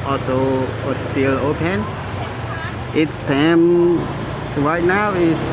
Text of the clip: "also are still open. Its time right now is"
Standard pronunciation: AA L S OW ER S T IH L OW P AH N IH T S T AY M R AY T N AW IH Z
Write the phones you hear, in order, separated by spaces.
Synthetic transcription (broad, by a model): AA L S OW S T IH L OW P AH N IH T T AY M W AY N AW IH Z